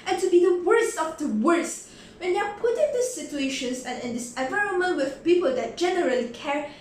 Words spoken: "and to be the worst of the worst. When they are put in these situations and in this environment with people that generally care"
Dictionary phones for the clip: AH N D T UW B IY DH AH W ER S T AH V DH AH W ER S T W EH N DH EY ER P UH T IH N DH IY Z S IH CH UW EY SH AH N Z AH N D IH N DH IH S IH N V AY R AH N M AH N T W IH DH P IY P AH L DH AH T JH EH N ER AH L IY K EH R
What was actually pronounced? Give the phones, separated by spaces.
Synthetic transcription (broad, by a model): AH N T UW B IY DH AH W ER S T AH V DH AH W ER S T W EH N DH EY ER P UH T IH N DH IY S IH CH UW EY SH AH N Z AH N IH N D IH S IH N V AY R AH N M AH N T W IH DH P IY P AH L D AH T JH EH N ER AH L IY K EH R